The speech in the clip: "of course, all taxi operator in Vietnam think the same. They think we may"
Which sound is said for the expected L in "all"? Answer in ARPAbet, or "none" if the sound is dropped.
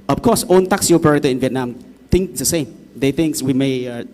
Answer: N